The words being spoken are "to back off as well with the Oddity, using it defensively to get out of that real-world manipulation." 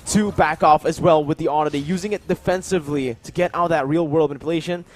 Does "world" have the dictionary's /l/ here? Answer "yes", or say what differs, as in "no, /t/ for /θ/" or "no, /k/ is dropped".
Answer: yes